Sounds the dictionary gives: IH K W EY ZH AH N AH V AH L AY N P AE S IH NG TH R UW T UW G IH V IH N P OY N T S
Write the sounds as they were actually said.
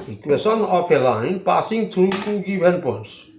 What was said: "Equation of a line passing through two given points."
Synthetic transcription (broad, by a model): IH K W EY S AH N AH P AH L AY N P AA S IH NG T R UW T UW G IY B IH N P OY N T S